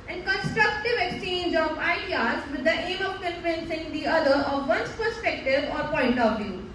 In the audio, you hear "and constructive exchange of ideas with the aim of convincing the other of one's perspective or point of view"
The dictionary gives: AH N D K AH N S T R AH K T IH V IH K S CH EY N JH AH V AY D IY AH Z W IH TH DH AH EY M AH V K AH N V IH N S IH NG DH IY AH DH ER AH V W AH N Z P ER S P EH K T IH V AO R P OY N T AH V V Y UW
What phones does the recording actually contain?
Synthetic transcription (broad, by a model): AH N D K AH N S T R AH K T IH V IH K S CH EY N JH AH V AY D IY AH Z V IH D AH EY M AH V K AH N F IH N S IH NG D IY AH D ER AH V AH N S P ER S P EH K T IH V AO R P OY N T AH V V Y UW